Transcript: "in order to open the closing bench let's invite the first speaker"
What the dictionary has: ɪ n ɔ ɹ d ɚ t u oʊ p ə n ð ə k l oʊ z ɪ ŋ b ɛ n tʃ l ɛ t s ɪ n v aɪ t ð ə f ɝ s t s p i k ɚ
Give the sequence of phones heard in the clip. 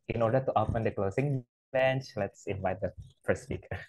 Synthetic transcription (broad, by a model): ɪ n ɔ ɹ d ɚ t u oʊ p ə n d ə k l oʊ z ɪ ŋ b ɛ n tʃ l ɛ t s ɪ n v aɪ t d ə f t s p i k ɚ